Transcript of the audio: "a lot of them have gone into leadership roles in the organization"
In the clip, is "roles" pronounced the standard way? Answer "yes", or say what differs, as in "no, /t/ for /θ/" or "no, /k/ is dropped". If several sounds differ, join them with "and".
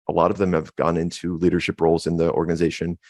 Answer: yes